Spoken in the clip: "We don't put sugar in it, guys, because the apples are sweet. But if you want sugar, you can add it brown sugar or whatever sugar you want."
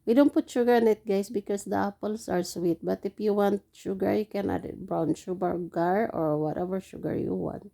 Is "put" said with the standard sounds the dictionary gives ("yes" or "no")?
yes